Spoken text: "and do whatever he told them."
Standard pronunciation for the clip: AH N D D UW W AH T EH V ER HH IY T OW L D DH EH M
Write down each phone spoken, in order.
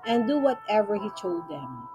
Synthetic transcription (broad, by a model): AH N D D UW W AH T EH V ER HH IY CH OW D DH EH M